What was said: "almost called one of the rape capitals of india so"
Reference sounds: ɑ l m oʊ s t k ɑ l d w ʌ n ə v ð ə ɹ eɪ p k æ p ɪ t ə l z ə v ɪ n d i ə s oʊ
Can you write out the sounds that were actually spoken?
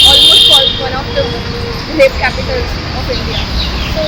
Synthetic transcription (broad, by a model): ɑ l m oʊ s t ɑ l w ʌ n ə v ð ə l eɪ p k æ p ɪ t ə l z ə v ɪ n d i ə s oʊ